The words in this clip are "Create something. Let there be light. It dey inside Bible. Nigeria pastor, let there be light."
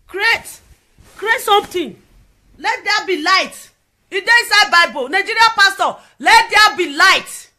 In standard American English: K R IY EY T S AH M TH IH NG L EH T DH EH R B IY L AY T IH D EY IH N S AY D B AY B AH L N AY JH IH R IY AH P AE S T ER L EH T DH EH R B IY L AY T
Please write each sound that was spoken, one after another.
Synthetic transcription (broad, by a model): K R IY EY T S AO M T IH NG L EH T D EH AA B IY L AY T IH D EY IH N S AY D B AY B AH L N AY JH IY R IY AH P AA S T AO L EH T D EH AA B IY L AY T